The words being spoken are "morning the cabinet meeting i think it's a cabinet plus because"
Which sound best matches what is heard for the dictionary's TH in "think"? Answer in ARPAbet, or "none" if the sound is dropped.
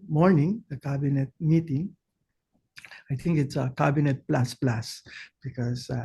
T